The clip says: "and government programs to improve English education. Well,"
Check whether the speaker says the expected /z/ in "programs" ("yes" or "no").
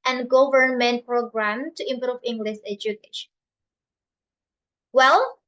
no